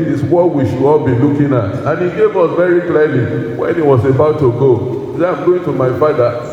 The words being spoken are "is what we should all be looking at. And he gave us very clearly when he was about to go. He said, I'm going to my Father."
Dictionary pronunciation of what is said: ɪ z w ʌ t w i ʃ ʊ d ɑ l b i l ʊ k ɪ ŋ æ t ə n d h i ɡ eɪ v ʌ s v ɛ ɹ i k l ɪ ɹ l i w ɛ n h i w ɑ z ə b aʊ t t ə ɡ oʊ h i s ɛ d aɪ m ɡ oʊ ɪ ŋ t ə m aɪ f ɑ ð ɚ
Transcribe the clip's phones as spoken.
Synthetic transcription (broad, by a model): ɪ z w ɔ w i ʃ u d ɑ l b i l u k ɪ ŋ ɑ t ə n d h i ɡ eɪ v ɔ s v ɛ ɹ i k l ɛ l i w ɛ n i w ɑ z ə b aʊ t t ə ɡ oʊ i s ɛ aɪ m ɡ oʊ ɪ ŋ t ə m aɪ f ɑ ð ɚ